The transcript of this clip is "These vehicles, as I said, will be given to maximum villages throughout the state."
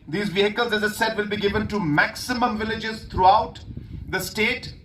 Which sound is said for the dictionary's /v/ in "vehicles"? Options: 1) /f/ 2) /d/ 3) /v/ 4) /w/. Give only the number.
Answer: 3